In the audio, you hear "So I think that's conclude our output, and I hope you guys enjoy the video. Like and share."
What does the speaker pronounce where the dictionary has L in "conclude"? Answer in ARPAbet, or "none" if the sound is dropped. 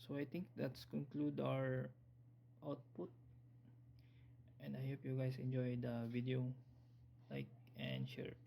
L